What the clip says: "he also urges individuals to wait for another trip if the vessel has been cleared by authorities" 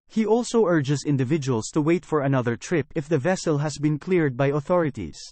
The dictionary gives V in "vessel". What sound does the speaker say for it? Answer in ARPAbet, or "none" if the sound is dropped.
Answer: V